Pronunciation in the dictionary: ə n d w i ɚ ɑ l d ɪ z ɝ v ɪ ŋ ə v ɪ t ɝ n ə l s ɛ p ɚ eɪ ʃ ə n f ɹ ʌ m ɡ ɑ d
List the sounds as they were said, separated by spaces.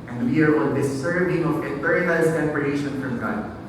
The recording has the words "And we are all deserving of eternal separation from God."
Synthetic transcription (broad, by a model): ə n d w i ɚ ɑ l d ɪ s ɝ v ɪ ŋ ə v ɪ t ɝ ə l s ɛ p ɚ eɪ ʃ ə n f ɹ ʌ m ɡ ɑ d